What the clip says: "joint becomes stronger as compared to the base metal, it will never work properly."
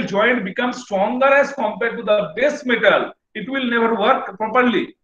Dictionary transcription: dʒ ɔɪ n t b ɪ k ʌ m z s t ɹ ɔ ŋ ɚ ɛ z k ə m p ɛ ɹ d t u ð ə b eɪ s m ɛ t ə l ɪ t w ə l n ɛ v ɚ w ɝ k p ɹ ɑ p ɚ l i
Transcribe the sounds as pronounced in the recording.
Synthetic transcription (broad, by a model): dʒ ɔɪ n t b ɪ k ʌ m s t ɹ ɔ ŋ ɚ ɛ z k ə m p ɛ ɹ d t u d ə b eɪ s m ɛ t ə l ɪ t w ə l n ɛ v ɚ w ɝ k p ɹ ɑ p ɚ l i